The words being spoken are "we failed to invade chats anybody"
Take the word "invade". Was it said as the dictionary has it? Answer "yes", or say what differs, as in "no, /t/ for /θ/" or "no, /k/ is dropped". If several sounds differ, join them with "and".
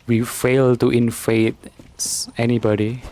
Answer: no, /f/ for /v/